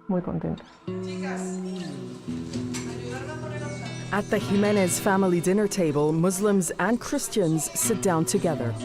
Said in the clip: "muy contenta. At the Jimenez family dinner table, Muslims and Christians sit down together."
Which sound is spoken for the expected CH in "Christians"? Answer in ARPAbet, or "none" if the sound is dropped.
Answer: CH